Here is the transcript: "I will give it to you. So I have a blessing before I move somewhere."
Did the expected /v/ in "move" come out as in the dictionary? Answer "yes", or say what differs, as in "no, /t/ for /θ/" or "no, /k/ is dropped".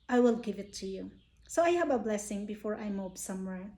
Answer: no, /b/ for /v/